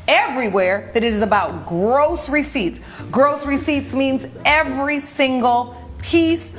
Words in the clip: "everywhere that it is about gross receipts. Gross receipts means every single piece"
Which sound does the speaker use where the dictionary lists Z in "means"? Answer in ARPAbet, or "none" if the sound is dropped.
Z